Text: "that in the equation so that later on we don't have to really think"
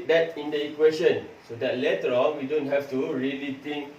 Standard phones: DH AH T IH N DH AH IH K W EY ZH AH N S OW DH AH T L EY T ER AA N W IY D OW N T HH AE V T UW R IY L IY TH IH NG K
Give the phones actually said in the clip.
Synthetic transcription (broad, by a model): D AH T IH N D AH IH K W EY SH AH N S OW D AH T L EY T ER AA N W IY D OW N T HH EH F T UW R IY L IY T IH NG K